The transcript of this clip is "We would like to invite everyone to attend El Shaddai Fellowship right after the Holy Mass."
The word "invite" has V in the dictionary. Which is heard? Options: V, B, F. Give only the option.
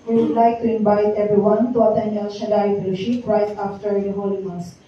B